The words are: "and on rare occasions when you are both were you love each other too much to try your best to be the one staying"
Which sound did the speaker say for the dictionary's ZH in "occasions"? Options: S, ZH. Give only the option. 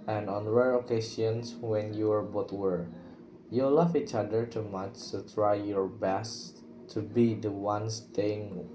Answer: S